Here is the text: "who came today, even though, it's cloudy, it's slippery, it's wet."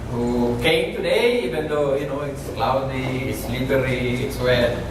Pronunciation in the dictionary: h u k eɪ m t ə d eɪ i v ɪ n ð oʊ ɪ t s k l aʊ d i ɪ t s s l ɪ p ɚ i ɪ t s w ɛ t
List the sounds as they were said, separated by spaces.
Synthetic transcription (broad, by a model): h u k eɪ m t ə d eɪ i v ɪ n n oʊ ɪ t s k l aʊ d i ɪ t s s l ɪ b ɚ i ɪ t s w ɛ